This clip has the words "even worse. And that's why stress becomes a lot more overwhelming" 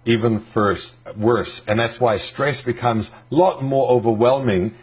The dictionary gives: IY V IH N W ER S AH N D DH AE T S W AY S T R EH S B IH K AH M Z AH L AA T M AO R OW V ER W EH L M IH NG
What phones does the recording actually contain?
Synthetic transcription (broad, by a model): IY V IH N W ER S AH N DH AE T S W AY S T R EH S B IH K AH M Z L AA T M AO R OW V ER W EH L M IH NG